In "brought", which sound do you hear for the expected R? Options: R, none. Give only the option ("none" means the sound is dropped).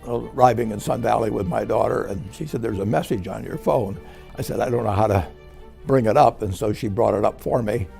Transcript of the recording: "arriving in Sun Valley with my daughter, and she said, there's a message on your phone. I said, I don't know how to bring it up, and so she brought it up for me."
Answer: R